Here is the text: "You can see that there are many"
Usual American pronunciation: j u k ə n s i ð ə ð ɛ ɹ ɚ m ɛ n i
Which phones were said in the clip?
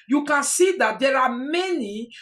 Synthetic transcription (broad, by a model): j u k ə s i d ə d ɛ l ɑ m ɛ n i